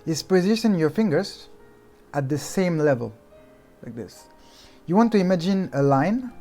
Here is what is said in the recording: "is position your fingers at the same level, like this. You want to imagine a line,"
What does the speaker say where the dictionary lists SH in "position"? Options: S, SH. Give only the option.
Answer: S